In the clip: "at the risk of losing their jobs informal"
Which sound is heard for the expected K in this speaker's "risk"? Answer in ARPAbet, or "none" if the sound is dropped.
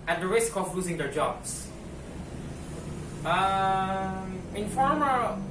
K